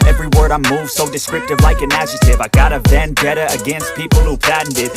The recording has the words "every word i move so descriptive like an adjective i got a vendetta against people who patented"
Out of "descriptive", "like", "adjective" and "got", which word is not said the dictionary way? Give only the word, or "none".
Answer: adjective